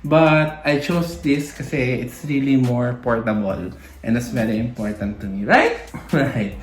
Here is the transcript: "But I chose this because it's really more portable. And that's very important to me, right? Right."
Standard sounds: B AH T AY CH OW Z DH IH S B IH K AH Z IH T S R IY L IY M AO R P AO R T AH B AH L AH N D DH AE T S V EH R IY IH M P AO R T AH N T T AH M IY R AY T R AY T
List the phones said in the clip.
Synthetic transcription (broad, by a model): B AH T AY CH OW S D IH S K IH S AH IH T S R IY L IY M AO R P AO R T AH B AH L AH N D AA T S V EH R IY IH M P AO R T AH N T T AH M IY R AY T R AY T